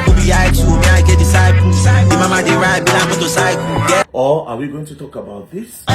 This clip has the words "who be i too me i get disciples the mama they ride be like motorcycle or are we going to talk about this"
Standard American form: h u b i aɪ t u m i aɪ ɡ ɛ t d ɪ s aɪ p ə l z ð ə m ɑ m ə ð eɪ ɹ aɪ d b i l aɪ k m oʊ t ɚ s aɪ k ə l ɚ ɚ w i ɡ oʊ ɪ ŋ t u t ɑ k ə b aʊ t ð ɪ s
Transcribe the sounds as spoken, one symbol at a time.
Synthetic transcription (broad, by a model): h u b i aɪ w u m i aɪ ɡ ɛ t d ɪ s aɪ ə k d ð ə m ɑ m ə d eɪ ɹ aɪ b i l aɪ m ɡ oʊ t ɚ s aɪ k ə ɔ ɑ w i ɡ oʊ ɪ ŋ t u t ɑ k ə b aʊ t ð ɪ s